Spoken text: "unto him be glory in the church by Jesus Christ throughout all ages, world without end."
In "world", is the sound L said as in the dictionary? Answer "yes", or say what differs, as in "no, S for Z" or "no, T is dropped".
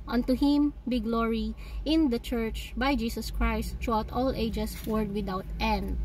no, L is dropped